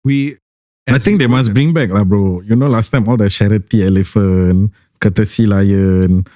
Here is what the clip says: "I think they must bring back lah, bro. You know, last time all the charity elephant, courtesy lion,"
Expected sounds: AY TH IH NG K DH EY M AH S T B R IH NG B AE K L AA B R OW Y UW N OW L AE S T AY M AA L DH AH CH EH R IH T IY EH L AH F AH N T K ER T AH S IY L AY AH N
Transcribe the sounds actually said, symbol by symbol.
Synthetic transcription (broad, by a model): AY T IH NG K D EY M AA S B R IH NG B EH K L AA B R OW Y UW N OW L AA S T AY M AA L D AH SH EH R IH T IY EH L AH F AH N K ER T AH S IY L AY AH N